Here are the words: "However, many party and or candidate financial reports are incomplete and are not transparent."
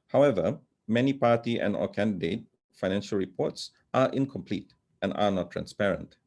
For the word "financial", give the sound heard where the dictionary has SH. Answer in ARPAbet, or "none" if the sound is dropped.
SH